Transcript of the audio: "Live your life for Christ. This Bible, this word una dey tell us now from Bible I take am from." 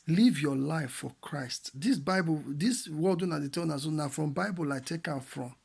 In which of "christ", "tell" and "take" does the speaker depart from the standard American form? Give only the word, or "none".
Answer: tell